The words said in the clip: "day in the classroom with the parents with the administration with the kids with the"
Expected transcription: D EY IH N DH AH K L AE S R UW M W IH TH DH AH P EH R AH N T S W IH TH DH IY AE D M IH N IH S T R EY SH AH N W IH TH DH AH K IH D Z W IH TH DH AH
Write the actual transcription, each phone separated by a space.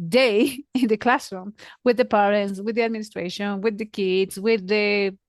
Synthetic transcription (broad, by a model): D EY IH N DH AH K L AE S R UW M W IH DH AH P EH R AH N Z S W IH DH IY AE D M IH N IH S T R EY SH AH N W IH DH AH K IH D Z W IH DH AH